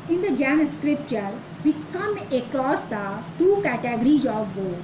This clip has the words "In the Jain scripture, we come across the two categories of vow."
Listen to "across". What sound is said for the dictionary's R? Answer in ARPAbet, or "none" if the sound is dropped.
L